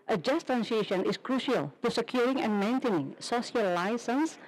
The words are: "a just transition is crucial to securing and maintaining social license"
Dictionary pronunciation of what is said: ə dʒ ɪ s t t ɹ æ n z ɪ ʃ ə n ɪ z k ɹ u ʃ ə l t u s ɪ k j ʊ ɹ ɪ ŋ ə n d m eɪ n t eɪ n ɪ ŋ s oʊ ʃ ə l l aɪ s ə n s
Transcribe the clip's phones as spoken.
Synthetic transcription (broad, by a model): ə dʒ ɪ s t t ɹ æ n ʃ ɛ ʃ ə n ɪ s k ɹ u ʃ ə l t u s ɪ k j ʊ ɹ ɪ ŋ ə n m eɪ n t eɪ n ɪ ŋ s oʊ s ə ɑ l aɪ s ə n s